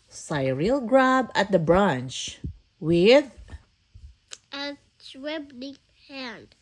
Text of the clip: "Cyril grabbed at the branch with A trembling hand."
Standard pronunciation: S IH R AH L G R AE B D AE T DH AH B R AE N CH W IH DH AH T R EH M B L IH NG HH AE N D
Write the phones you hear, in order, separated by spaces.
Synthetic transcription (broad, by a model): S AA R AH L G R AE B AE T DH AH B R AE N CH W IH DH AH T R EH B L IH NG HH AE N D